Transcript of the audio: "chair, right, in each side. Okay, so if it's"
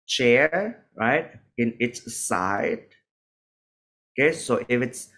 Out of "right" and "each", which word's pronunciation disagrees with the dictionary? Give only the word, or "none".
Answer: each